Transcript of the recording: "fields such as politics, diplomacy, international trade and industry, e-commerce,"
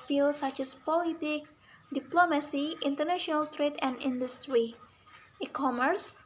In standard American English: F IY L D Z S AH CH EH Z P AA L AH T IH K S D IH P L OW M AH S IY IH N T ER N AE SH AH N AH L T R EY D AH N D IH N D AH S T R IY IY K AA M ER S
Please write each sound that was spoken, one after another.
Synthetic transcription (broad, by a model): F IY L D S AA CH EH S P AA L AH T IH K D IH P L OW M AH S IY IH N T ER N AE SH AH N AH L T R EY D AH N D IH N D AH S T R IY IY K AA M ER S